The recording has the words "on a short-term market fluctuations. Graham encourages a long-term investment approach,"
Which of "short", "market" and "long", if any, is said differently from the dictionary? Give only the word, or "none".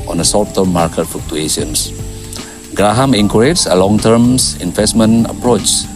short